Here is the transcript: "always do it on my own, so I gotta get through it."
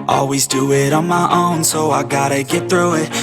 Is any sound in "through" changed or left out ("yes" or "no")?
no